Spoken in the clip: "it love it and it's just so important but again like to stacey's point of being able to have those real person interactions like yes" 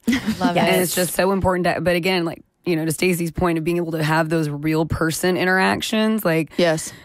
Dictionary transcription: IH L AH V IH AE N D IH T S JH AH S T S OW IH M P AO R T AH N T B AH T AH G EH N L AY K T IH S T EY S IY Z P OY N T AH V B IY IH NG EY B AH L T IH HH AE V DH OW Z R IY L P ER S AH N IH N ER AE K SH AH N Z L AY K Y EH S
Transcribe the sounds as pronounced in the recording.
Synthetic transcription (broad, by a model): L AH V IH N IH T S JH AH S T S OW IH M P AO R T N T B AH T AH G EH N L AY K T IH S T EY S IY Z P OY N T AH V B IY IH NG EY B L T IH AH V DH OW Z R IY L P ER S AH N IH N ER AE K SH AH N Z L AY K Y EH S